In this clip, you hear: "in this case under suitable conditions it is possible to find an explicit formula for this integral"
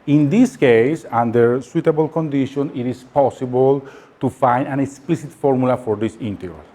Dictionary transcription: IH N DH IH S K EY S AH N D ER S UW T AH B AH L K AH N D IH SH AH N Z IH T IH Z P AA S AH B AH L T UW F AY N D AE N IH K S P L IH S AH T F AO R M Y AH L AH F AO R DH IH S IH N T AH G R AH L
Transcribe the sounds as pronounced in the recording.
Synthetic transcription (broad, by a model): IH N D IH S K EY S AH N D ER S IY T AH B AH L K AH N D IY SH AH N IH T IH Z P AA S AH B AH L T UW F AY N D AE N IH K S P L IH S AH T F AO R M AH L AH F AO R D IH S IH N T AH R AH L